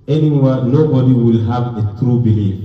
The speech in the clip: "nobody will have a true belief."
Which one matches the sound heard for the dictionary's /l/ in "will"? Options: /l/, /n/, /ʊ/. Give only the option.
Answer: /l/